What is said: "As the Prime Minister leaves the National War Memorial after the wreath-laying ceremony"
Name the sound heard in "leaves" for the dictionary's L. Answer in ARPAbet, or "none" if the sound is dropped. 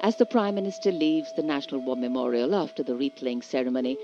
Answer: L